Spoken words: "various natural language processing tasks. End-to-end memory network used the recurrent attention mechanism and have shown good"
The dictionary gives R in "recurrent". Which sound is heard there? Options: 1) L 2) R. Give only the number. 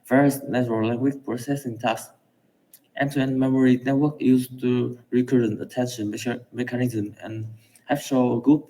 2